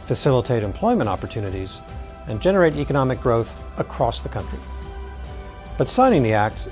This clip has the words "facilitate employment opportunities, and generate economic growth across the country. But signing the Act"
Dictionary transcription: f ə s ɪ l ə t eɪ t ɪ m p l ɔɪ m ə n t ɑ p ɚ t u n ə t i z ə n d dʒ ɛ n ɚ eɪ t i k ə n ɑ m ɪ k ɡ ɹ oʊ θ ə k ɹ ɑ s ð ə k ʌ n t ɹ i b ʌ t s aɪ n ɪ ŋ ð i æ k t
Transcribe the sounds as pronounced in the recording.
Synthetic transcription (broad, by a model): f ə s ɪ l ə t eɪ t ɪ m p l ɔɪ m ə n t ɑ p ɚ t u n ə t i z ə n dʒ ɛ n ɚ eɪ t i k ə n ɑ m ɪ k ɡ ɹ oʊ θ ə k ɹ ɑ s ð ə k ʌ n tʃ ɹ i b ʌ t s aɪ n ɪ ŋ ð i æ k t